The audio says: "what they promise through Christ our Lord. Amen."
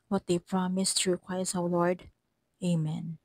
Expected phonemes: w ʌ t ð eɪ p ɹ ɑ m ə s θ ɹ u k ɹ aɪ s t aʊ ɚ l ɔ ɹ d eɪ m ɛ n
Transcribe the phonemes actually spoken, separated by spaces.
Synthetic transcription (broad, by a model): w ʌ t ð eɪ p ɹ ɑ m ə s t ɹ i k w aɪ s aʊ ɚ l ɔ ɹ d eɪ m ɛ n